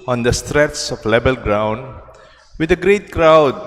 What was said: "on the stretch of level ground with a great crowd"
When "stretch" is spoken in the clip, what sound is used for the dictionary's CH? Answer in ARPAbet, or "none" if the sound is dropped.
S